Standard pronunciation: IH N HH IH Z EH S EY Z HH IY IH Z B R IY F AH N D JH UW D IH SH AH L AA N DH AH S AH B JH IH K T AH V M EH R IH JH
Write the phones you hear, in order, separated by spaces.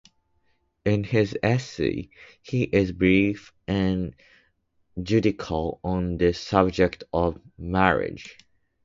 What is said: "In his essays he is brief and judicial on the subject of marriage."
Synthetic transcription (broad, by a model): IH N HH IH Z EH S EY HH IY IH Z B R IY F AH N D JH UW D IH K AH L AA N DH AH S AH B JH IH K T AH V M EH R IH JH